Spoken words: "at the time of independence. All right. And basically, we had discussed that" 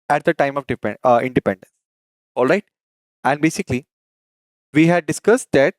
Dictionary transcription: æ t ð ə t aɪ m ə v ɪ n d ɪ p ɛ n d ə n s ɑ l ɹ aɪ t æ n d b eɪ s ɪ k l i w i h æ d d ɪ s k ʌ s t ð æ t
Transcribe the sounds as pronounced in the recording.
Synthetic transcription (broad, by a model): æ t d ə t aɪ m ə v ɪ n d ɪ p ɛ n d ə n s ɑ l ɹ aɪ t æ n d b eɪ s ɪ k l i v i h æ d d ɪ s k ʌ s t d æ t